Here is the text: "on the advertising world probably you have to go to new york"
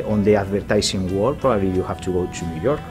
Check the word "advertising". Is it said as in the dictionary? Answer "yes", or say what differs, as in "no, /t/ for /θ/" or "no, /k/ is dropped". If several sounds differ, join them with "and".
no, /s/ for /z/